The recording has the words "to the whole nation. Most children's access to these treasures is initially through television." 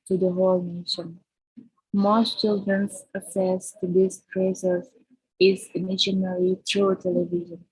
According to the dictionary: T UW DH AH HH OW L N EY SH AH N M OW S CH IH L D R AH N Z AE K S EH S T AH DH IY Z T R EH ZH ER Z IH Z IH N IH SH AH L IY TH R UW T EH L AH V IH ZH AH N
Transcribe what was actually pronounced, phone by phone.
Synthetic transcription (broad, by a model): T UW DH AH HH OW L N EY SH AH N M OW S CH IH L D R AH N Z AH S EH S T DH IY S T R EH S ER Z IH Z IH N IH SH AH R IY T R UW T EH L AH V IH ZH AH N